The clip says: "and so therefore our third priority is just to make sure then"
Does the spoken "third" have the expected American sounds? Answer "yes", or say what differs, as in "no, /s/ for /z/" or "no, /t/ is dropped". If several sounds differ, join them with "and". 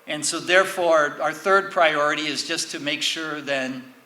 yes